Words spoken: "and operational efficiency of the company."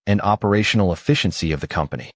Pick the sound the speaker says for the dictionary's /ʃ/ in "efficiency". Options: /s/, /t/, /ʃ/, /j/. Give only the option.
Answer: /ʃ/